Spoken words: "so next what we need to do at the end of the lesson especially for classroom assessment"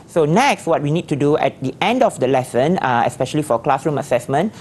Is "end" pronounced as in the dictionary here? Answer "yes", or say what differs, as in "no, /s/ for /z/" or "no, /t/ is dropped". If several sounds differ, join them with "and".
yes